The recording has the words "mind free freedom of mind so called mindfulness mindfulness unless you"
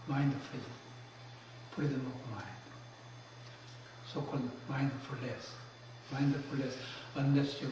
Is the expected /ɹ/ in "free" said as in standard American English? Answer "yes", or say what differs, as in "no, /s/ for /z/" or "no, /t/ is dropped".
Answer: no, /ɹ/ is dropped